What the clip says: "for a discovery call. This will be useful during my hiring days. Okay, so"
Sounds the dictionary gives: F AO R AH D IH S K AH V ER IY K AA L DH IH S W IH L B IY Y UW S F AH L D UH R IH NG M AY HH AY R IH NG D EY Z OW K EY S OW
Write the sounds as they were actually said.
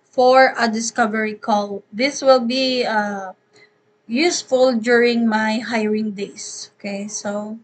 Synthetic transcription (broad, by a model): F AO R AH D IH S K AH V ER IY K AA L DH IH S W IH L B IY Y UW S F AH L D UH R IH NG M AY HH AY R IH NG D EY S OW K EY S OW